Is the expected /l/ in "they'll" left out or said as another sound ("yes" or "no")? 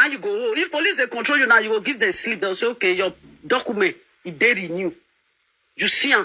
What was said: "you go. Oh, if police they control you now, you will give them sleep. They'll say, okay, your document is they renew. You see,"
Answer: yes